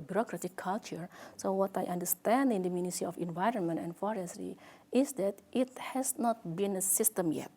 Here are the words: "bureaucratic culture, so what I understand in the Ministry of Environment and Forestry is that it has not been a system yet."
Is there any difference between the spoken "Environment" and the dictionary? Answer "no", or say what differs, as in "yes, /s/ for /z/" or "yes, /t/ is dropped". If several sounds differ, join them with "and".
no